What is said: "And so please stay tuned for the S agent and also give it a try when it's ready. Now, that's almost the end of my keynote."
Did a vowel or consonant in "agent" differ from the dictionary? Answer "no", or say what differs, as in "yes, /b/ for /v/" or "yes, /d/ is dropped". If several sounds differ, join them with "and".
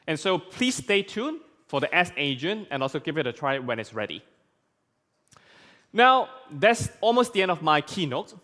yes, /t/ is dropped